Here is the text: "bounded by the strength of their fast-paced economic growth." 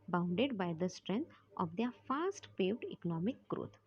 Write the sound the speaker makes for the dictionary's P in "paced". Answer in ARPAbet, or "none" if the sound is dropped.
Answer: F